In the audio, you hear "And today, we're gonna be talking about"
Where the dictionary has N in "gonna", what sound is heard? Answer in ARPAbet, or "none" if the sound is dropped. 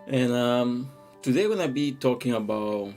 none